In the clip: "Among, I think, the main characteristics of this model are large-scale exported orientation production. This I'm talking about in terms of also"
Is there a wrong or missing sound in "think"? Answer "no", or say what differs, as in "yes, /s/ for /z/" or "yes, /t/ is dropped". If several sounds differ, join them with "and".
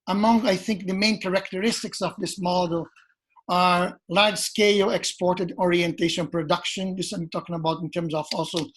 no